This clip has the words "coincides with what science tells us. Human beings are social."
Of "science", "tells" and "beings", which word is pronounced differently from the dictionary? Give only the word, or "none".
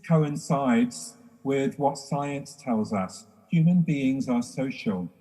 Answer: none